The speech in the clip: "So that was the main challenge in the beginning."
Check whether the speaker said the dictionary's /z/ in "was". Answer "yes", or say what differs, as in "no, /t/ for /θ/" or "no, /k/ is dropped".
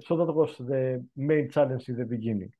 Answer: no, /s/ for /z/